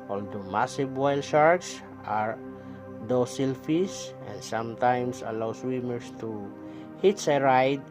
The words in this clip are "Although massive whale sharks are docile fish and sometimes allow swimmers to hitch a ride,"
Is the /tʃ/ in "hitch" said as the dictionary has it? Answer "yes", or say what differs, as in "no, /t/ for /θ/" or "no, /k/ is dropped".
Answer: no, /s/ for /tʃ/